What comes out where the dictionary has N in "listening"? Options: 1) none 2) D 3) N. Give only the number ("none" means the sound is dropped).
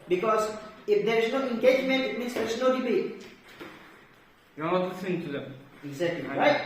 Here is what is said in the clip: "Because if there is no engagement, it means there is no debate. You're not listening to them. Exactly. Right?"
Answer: 1